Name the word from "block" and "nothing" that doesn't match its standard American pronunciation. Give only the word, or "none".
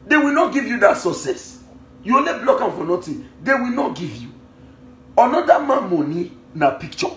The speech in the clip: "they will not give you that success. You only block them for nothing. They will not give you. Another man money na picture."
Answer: nothing